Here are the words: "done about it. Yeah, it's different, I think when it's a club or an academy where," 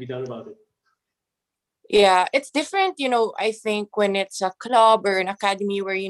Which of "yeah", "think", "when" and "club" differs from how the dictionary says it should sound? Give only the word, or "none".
none